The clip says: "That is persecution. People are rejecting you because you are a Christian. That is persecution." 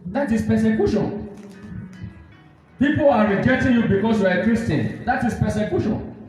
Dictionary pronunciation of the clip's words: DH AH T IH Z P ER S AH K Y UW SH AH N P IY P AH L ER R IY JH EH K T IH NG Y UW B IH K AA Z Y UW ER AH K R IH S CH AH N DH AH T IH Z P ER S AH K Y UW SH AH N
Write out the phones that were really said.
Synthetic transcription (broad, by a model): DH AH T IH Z P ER S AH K Y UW SH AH N P IY P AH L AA R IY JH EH T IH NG Y UW B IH K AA S Y UW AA AH K R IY S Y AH N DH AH T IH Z P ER S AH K Y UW SH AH N